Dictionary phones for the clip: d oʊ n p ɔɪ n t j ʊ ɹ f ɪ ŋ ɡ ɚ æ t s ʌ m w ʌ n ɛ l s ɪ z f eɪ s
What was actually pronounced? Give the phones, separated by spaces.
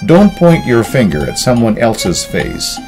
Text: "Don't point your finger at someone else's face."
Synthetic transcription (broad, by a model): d oʊ n p ɔɪ n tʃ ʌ ɹ f ɪ ŋ ɡ ɚ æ t s ʌ m w ʌ n ɛ l s ɪ z f eɪ s